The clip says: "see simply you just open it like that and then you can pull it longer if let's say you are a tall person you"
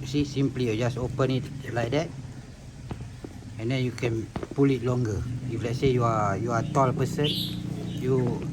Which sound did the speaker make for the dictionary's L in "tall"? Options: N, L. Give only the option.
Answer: L